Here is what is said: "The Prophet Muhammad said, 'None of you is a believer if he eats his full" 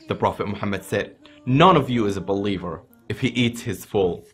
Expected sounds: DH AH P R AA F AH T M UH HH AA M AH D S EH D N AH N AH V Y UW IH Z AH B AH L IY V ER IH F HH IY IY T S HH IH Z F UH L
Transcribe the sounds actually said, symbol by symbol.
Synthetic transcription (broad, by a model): DH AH P R AA F AH T M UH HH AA M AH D S EH D N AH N AH V Y IH Z AH B AH L IY V ER IH F HH IY IY T S HH IH Z F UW L